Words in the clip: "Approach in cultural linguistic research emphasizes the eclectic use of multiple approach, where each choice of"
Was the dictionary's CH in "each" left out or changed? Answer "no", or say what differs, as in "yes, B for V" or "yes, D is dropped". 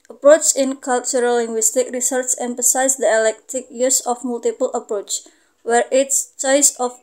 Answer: yes, S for CH